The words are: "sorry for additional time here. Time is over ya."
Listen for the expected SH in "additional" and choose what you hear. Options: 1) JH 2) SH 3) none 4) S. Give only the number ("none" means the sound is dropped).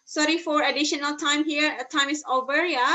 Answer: 2